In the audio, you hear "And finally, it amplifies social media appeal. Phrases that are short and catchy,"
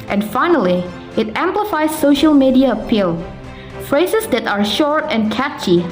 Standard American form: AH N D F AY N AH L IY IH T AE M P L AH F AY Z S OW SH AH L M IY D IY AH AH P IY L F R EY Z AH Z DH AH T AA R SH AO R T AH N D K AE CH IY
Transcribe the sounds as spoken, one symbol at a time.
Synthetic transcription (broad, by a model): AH N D F AY N AH L IY IH T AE M P L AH F AY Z S OW SH AH L M IY D IY AH AH P IY L F R EY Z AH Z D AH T AA R SH AO R T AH N K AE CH IY